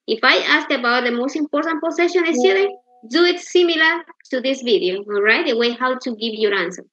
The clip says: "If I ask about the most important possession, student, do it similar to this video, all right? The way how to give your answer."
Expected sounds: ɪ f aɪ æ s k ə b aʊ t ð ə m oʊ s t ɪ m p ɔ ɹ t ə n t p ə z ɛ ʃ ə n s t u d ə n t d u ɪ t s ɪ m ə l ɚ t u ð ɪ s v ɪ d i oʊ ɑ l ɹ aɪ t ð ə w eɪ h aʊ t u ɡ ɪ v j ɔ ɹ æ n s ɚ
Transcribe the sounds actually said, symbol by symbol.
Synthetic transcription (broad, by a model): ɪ f aɪ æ s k ə b aʊ t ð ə m oʊ s t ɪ m p ɔ ɹ t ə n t p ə s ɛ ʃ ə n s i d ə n d u ɪ t s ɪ m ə l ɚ t u ð ɪ s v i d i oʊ ɑ l ɹ aɪ t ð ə w eɪ h aʊ t u ɡ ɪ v j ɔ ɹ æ n s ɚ